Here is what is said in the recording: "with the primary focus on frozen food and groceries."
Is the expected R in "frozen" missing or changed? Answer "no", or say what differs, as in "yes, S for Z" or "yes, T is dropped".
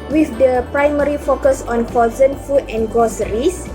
yes, R is dropped